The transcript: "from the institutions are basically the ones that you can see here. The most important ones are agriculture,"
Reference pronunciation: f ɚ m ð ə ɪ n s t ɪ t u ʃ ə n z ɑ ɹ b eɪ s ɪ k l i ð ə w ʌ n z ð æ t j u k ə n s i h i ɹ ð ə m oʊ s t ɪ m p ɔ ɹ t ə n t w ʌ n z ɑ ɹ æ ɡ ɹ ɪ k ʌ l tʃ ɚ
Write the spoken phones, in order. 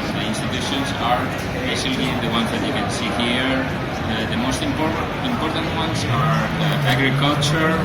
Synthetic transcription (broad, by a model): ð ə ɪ n s t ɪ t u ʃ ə n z ɑ ɹ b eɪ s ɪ l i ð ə w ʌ n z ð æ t j u k ə n s i h i ɹ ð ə m oʊ s t ɪ m p ɔ ɹ t ə n t w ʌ n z ɑ ɹ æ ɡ ɹ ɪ k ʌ l tʃ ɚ